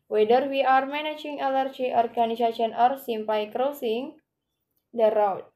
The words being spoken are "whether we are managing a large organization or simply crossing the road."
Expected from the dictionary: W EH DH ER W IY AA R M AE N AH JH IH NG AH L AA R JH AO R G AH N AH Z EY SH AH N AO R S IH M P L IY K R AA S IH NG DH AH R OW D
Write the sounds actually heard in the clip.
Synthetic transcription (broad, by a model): W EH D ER W IY AA R M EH N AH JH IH NG AH L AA R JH AO R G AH N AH S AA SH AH N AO R S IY M P IY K R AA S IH NG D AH R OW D